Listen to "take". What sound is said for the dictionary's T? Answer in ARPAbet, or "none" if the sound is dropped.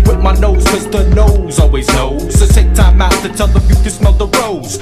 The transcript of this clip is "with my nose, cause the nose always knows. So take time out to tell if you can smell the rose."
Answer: S